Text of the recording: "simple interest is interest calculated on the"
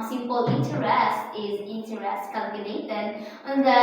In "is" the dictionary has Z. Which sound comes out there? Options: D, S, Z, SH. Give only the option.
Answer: Z